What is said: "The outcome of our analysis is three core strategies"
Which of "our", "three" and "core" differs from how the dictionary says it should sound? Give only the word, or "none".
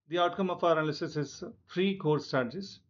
three